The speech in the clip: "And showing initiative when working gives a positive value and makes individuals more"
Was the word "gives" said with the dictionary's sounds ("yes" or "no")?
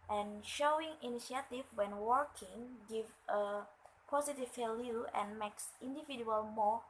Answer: no